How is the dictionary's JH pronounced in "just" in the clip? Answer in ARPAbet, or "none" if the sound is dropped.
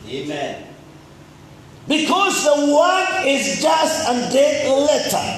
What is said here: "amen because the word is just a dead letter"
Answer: JH